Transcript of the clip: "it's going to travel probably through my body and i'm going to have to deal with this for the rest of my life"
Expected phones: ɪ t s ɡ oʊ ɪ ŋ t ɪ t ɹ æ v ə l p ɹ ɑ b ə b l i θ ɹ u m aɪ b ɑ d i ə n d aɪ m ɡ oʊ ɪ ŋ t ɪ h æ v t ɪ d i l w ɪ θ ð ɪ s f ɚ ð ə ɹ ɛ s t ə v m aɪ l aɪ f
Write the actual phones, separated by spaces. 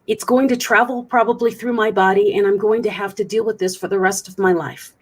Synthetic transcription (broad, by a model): ɪ t s ɡ oʊ ɪ ŋ t ɪ t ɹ æ v l p ɹ ɑ b ə b l i θ ɹ u m aɪ b ɑ d i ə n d aɪ m ɡ oʊ ɪ ŋ t ɪ h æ f t ɪ d i l w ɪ ð ɪ s f ɚ ð ə ɹ ɛ s t ə v m aɪ l aɪ f